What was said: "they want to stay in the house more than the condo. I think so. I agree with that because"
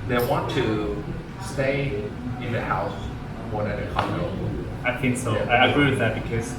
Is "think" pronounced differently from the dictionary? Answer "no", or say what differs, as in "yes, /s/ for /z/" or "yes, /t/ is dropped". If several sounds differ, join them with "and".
no